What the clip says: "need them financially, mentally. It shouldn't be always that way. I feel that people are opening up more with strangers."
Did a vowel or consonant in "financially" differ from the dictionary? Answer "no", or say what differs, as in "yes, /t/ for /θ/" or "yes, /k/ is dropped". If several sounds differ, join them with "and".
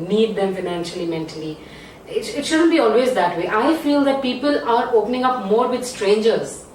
no